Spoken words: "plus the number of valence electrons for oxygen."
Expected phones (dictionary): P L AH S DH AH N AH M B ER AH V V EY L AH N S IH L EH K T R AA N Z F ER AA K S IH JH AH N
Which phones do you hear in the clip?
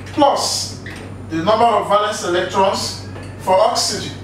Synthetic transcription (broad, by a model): P L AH S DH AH N AH M B ER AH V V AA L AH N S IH L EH K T R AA N S F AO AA K S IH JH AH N